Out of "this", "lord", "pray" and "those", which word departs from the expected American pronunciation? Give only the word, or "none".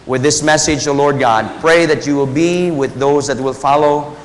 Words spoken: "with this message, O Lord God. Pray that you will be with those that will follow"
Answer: none